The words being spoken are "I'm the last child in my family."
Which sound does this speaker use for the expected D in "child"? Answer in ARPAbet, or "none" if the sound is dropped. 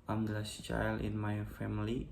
none